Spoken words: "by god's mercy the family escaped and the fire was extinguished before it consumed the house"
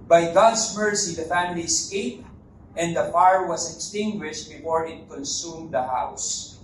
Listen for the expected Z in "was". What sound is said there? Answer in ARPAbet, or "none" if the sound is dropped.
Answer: S